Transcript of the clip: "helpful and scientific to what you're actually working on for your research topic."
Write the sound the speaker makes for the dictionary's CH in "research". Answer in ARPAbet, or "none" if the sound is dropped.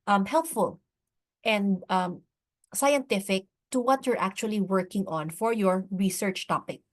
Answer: CH